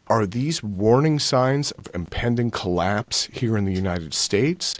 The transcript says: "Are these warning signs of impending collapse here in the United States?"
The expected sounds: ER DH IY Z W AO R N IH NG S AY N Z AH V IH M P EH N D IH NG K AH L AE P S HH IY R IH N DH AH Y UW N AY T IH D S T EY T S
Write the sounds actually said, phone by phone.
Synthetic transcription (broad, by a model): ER DH IY Z W AO R N IH NG S AY N Z AH V IH M P EH N D IH NG K AH L AE P S HH IY R IH N DH AH Y UW N AY T IH D S T EY T S